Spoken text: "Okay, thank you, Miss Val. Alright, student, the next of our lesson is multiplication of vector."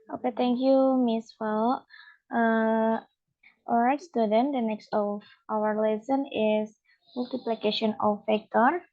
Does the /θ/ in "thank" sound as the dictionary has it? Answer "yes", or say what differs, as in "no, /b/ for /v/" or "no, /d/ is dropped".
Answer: no, /t/ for /θ/